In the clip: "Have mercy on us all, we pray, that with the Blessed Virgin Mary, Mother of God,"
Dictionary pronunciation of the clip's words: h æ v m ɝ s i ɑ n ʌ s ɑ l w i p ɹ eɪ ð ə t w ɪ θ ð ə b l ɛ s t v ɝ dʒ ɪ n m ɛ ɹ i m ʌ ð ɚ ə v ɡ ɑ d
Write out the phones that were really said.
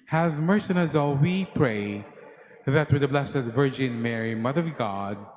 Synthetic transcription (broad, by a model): h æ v m ɝ s i ɑ n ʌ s ɑ l w i p ɹ eɪ ð ə t w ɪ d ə b l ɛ s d v ɝ dʒ ɪ n m ɛ ɹ i m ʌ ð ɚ ə v ɡ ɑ d